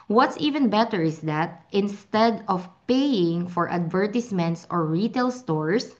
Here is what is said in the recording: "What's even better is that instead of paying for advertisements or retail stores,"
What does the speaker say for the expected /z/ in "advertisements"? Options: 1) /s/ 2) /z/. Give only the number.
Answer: 1